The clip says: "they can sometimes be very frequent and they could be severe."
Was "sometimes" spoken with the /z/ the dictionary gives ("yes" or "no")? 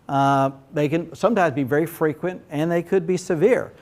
yes